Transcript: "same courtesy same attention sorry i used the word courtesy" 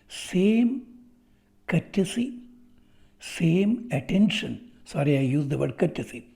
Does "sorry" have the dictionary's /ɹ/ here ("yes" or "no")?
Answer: yes